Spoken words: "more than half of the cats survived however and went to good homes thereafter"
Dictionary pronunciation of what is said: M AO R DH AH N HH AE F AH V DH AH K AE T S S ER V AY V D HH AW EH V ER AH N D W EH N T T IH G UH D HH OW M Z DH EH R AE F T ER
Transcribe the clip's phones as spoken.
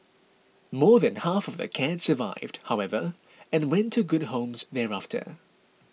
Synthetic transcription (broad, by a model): M AO R DH AH N HH AE F AH V DH AH K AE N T S ER V AY V D HH AW EH V ER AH N W EH N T T IH G UH D HH OW M Z DH EH R AE F T ER